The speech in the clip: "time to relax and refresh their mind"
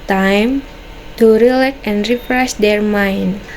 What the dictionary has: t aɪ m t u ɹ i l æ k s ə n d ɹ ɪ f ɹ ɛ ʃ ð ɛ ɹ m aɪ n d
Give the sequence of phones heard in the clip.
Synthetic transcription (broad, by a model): t aɪ m t u ɹ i l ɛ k ə n d ɹ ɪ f ɹ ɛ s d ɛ ɹ m aɪ n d